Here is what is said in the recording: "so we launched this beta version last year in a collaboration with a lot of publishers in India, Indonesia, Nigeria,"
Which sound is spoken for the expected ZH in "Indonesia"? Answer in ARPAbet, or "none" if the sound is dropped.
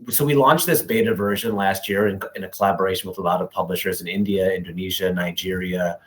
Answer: ZH